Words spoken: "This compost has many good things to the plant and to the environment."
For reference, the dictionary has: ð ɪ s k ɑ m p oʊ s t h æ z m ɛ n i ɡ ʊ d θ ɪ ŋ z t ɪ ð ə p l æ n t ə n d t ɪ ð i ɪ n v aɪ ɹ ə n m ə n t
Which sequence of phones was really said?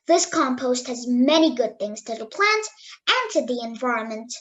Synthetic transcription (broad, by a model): ð ɪ s k ɑ m p oʊ s t h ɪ z m ɛ n i ɡ ʊ d θ ɪ ŋ z t ɪ ð ə p l æ n t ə n t ɪ ð i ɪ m v aɪ ɹ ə n m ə n t